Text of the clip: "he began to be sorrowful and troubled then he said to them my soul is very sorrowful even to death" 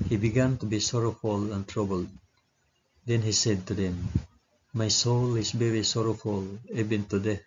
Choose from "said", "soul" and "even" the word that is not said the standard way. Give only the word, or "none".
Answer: even